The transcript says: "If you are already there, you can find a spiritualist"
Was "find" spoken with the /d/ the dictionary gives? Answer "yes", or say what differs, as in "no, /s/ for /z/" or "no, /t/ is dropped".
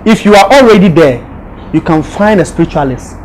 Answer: yes